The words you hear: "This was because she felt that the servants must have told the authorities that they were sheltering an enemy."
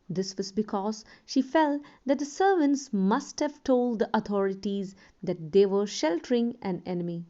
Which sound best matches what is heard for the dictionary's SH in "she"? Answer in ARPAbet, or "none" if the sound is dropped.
SH